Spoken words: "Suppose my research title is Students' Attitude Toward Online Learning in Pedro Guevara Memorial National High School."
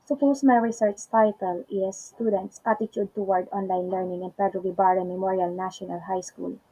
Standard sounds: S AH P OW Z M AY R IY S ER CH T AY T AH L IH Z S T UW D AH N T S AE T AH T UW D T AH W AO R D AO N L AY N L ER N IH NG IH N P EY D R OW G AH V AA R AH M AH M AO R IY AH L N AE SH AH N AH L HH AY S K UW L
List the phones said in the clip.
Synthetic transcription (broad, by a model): S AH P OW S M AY R IY S ER CH T AY T AH L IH S T UW D AH N T S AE T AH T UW D T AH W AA R D AO N L AY N L ER N IH NG IH N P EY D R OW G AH B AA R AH M AH M AO R IY AH L N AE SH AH N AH L HH AY S K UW L